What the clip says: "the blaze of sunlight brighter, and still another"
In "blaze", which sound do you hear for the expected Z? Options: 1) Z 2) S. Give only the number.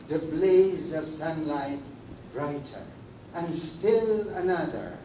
1